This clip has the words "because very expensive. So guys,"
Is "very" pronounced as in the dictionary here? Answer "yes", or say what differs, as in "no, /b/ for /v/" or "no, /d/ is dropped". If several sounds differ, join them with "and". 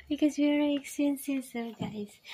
no, /w/ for /v/